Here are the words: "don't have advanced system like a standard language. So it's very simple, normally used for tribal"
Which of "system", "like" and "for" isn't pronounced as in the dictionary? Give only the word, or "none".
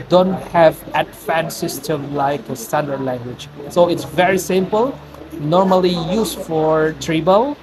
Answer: none